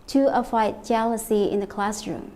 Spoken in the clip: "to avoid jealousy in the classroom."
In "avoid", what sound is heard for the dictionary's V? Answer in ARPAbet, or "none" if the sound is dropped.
F